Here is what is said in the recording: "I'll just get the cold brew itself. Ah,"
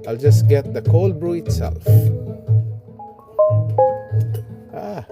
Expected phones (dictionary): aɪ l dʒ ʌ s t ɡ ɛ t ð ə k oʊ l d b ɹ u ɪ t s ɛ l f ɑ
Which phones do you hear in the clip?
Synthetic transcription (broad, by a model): aɪ l dʒ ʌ s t ɡ ɛ t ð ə k oʊ l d b ɹ u ɪ t s ɛ l f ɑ